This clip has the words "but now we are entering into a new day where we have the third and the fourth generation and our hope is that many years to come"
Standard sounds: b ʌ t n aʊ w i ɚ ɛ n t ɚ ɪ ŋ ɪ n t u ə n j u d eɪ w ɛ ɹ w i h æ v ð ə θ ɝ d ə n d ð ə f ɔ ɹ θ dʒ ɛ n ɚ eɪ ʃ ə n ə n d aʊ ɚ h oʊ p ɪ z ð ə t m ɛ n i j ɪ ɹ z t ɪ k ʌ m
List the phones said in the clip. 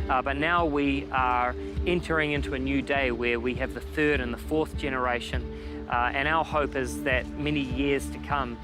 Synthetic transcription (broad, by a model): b ʌ t n aʊ w i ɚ ɛ n t ɚ ɪ ŋ ɪ n t u ə n j u d eɪ w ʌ ɹ w i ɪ v ð ə θ ɝ d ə n ð ə f ɔ ɹ θ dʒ ɛ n ɚ eɪ ʃ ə n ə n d aʊ ɚ h oʊ p ɪ z ð ə t m ɛ n i j ɪ ɹ z t ɪ k ʌ m